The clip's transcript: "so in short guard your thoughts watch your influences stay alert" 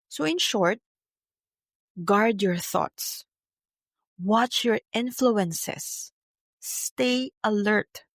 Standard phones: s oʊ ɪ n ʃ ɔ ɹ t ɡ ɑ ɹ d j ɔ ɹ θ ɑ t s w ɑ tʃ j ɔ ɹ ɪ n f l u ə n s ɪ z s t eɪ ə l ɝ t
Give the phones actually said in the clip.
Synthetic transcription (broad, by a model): s oʊ ɪ n ʃ ɔ ɹ t ɡ ɑ ɹ d j ɔ ɹ θ ɑ t s w ɑ tʃ j ɔ ɹ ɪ n f l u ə n s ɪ s t eɪ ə l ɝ t